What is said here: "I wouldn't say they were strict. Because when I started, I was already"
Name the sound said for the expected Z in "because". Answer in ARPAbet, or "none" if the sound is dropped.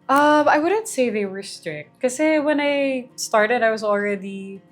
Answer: none